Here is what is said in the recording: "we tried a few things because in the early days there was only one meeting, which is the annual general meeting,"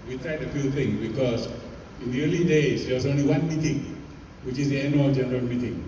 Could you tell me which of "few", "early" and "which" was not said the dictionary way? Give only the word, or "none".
none